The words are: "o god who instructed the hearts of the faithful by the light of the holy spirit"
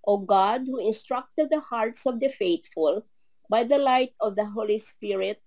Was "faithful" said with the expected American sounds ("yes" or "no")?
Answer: no